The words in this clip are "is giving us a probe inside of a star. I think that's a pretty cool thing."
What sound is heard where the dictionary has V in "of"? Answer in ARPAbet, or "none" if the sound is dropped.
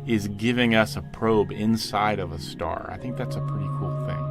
V